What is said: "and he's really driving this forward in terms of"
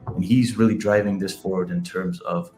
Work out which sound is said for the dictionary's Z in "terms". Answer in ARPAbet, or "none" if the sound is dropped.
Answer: Z